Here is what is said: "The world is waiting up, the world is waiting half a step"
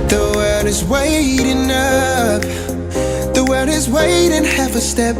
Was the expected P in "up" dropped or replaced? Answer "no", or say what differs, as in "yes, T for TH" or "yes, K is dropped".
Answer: yes, F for P